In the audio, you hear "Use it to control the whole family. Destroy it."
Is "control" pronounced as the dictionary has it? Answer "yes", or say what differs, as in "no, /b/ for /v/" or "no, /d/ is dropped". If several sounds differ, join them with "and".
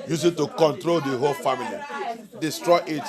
yes